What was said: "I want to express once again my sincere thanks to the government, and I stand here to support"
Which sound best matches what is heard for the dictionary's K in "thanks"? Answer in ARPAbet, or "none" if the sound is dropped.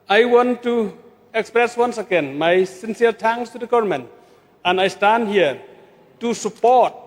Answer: none